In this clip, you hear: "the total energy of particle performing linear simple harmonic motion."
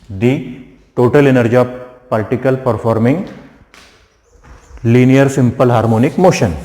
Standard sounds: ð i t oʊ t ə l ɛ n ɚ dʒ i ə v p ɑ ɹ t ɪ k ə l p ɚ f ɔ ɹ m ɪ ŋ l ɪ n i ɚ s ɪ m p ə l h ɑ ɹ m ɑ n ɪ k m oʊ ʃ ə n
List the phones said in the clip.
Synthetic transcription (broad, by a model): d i t oʊ t ə l ɛ n ɚ dʒ i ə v p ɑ l t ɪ k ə l p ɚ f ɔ ɹ m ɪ ŋ l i n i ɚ s ɪ m p ə l h ɑ ɹ m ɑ n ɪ k m oʊ ʃ ə n